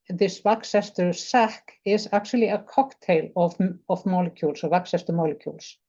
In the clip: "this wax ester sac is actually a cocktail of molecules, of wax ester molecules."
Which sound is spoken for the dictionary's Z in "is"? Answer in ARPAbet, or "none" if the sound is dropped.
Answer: S